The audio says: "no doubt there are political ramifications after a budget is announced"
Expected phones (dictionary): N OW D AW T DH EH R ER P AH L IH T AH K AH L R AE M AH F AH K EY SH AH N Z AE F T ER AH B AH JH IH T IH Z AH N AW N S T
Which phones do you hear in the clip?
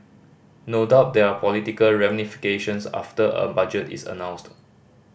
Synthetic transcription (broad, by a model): N OW D AW T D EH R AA P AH L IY T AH K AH L R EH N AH F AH K EY SH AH N S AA F T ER AH B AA JH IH T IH S AH N AW N S T